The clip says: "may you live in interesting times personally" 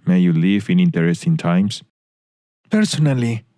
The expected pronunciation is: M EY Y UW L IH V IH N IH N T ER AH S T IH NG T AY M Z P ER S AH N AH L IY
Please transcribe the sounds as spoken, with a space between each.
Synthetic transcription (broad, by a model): M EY Y UW L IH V IH N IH N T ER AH S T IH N T AY M S P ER S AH N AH L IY